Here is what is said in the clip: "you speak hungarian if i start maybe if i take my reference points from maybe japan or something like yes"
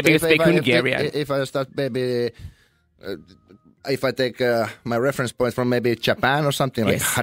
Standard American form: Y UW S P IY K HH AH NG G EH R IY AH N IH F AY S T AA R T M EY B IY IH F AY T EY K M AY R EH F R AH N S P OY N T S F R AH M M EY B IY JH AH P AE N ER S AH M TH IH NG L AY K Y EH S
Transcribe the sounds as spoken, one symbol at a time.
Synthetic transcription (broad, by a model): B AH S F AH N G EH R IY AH IH F AY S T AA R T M EY B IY IH F AY T EY K M AY R EH F R AH N S P OY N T F R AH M M EY B IY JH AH P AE N ER S AH M TH IH NG L AY K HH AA